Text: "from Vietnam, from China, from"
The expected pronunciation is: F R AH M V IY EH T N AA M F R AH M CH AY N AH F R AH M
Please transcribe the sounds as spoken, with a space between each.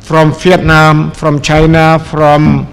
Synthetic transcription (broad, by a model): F R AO M F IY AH T N AA M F R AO M CH AY N AH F R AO M